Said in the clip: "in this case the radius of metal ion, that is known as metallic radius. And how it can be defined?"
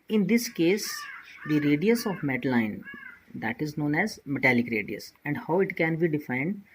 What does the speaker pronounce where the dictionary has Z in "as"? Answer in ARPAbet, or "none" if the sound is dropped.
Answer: Z